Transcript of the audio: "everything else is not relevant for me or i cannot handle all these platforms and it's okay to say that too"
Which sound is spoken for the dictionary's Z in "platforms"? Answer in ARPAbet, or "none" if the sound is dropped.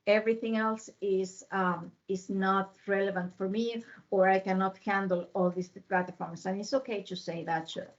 S